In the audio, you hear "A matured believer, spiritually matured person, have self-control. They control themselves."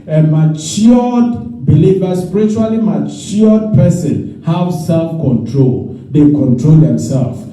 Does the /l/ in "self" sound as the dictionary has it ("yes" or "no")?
yes